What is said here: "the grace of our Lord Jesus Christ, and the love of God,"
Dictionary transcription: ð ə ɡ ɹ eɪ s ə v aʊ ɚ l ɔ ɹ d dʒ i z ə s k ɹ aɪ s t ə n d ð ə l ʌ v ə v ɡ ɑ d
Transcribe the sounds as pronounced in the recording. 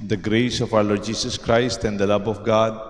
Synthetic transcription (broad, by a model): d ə ɡ ɹ eɪ s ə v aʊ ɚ l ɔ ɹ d dʒ i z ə s k ɹ aɪ s t ə n d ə l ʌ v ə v ɡ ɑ d